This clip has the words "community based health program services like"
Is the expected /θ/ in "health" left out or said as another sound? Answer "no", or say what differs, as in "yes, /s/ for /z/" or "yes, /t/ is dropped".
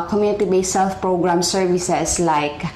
yes, /f/ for /θ/